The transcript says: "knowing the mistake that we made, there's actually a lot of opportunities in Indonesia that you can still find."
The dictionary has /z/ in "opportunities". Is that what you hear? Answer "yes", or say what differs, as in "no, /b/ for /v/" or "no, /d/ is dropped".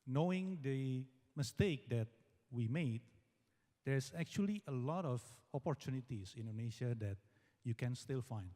no, /s/ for /z/